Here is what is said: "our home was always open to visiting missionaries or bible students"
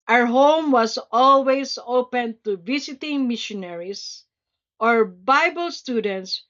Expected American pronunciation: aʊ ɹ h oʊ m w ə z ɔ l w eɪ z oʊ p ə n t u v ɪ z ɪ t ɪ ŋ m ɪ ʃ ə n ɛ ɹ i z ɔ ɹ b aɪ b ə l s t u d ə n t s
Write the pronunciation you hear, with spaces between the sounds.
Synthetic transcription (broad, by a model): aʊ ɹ h oʊ m w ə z ɔ l w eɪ s oʊ p ə n t u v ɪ s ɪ t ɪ ŋ m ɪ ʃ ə n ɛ ɹ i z ɔ ɹ b aɪ b ə l s t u d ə n t s